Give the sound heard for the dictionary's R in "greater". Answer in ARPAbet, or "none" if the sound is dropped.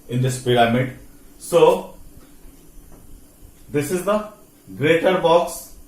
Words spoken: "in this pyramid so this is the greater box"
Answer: R